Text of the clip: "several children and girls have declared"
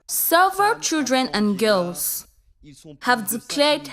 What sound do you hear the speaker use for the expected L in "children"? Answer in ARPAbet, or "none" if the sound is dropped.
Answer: L